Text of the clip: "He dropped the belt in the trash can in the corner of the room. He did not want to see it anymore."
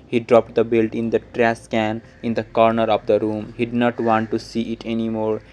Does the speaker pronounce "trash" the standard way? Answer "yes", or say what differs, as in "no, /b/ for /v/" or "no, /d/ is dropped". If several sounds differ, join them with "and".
no, /s/ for /ʃ/